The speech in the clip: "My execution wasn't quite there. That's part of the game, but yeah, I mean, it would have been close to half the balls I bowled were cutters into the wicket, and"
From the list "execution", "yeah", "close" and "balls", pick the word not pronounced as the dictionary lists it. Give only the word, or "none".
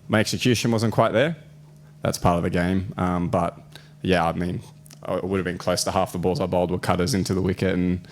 none